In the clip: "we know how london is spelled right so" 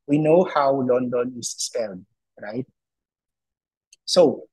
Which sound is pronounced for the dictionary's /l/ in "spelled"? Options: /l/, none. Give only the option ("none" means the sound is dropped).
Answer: /l/